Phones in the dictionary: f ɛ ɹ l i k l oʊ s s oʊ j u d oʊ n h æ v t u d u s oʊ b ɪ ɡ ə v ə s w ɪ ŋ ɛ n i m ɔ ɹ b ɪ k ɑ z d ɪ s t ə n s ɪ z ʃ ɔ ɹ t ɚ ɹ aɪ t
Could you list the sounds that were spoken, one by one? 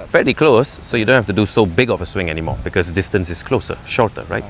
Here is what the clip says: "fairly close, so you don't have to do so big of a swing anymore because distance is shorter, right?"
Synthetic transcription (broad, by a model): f ɛ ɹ i k l oʊ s s oʊ j u d oʊ n h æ f t u d u s oʊ b ɪ ɡ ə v ə s w ɪ ŋ ɛ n i m ɔ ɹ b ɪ k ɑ s d ɪ s t ə n s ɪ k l ɔ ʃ t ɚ ɹ aɪ t